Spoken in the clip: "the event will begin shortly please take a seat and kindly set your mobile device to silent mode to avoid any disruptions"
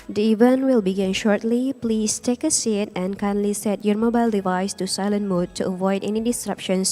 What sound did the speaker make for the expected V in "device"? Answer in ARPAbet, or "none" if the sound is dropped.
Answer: V